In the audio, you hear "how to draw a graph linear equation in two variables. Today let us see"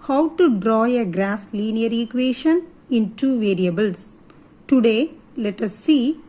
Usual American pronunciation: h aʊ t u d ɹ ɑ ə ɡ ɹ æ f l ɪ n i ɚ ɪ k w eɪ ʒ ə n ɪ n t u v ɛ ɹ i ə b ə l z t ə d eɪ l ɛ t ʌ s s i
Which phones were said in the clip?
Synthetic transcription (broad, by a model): h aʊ t u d ɹ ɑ ə ɡ ɹ æ f l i n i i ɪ k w eɪ ʃ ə n ɪ n t u v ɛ ɹ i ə b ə l s t ə d eɪ l ɛ t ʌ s s i